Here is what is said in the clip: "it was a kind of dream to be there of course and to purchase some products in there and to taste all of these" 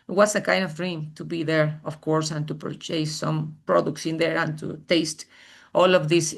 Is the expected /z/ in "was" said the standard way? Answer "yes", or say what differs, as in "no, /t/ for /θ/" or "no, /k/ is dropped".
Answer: no, /s/ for /z/